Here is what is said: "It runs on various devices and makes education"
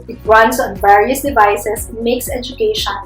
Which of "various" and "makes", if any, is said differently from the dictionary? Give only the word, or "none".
none